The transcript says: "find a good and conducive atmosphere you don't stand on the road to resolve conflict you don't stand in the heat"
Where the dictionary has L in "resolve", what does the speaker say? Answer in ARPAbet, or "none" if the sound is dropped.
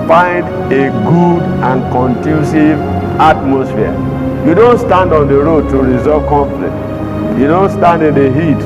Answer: none